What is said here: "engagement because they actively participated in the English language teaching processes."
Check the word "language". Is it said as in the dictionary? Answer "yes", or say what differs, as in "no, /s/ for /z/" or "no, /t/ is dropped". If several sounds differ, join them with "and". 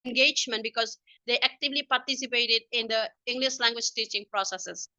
yes